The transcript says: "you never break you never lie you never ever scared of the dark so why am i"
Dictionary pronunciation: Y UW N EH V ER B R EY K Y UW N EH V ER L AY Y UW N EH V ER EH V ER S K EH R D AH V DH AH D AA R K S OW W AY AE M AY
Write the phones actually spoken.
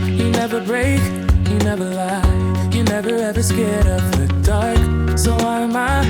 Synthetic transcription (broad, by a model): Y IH N EH V ER B R EY K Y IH N EH V ER L AY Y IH N EH V ER EH V ER S K EH R D AH P DH AH D AA R K S OW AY M AY